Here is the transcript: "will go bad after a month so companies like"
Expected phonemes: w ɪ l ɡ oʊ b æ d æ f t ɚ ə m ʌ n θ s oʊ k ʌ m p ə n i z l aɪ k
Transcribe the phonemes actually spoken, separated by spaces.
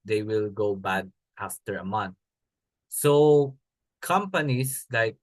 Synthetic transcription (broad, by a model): w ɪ l ɡ oʊ b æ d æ f t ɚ ə m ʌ n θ s oʊ k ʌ m p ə n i s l aɪ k